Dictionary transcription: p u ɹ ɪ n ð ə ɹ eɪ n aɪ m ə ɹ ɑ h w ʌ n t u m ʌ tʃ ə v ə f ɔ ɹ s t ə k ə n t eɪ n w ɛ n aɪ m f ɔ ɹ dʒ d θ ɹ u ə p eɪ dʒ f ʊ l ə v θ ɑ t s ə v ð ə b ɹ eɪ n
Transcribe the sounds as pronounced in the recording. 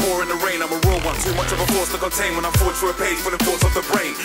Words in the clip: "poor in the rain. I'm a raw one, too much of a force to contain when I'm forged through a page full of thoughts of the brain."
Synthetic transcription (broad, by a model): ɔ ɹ ɪ n ð ə ɹ eɪ n aɪ m ə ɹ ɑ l w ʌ n s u m ʌ tʃ ə v ə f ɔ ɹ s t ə k ə n t eɪ n w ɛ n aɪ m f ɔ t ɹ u ə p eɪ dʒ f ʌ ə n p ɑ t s ə v ð ə b ɹ eɪ n